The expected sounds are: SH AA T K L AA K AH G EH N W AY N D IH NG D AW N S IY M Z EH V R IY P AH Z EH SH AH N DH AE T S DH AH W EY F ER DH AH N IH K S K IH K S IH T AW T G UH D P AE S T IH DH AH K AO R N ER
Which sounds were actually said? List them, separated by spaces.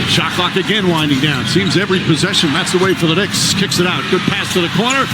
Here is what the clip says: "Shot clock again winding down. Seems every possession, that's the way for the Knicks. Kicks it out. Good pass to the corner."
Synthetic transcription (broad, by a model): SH AA K L AA K AH G EH N W AY N D IH NG D AW N S IY M Z EH V R IY P AH Z EH SH AH N DH AE T S DH AH W EY F ER DH AH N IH K S K IH K S IH T AW T G UH D P AE S T IH DH AH K AO R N ER